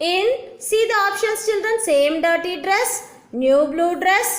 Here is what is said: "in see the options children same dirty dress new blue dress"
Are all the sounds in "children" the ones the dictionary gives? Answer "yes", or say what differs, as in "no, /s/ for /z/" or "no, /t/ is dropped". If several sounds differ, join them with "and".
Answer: yes